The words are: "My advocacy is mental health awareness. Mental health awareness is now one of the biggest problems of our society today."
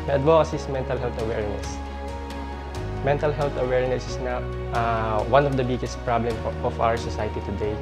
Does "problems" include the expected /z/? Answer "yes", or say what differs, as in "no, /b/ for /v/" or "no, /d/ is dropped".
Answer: no, /z/ is dropped